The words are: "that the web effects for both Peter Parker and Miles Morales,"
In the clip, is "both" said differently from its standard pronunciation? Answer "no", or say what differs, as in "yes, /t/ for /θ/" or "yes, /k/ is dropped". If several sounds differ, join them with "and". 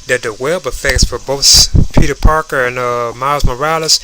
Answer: no